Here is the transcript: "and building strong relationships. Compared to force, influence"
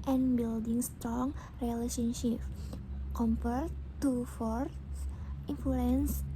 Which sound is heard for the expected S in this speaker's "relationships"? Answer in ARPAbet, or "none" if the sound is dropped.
none